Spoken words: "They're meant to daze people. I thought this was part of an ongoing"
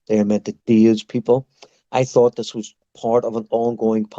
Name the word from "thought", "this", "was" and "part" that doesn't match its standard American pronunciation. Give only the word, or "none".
none